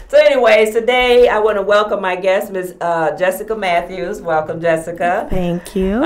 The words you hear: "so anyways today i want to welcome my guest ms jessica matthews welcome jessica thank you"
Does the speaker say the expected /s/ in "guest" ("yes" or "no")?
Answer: yes